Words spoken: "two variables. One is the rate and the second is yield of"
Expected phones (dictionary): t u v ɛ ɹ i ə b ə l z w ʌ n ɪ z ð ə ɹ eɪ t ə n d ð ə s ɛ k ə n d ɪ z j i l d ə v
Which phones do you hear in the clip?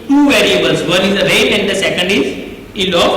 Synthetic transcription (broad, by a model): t u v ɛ ɹ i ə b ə l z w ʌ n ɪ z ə ɹ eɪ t ə n d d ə s ɛ k ə n d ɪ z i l ə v